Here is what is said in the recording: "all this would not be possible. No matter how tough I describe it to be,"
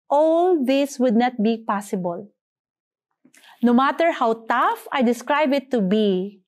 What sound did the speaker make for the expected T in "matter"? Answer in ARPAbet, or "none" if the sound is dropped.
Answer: T